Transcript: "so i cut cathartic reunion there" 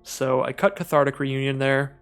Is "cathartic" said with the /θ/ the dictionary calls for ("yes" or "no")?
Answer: yes